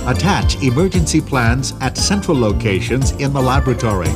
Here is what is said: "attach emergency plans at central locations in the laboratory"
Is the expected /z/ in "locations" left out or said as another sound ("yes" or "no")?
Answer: no